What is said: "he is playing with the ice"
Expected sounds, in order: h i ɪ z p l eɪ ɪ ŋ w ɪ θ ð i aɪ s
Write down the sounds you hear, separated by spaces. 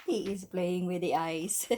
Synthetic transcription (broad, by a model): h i ɪ z b l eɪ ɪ ŋ w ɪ ð i aɪ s